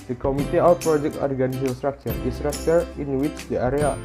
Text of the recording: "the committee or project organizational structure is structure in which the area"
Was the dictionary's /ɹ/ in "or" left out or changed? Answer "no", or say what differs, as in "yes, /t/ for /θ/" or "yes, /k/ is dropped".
yes, /w/ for /ɹ/